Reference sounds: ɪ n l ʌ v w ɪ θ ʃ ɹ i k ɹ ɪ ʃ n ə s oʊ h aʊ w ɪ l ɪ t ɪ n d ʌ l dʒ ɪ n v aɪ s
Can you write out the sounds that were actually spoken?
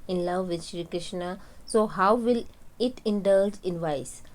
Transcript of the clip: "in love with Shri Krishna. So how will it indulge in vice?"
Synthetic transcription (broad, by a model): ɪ n l ʌ v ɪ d ʃ ɹ i k ɹ ɪ ʃ n ə s oʊ h aʊ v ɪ l ɪ t ɪ n d ʌ l dʒ ɪ n v aɪ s